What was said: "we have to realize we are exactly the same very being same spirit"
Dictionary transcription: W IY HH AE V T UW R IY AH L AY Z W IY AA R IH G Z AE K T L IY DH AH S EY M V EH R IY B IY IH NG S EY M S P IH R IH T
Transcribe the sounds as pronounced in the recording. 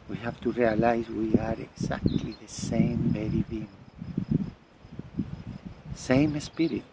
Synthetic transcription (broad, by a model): W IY HH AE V T UW R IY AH L AY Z W IY AA R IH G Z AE K T L IY DH AH S EY M B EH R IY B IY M S EY M S P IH R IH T